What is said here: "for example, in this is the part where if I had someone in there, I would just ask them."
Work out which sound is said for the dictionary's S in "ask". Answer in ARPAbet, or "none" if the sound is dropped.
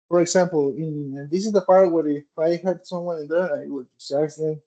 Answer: none